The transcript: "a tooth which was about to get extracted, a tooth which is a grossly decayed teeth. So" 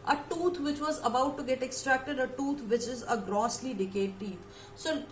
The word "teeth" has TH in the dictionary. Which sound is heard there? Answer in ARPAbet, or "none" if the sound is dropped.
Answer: T